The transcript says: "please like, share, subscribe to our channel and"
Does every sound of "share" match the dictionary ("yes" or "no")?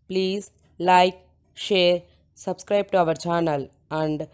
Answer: yes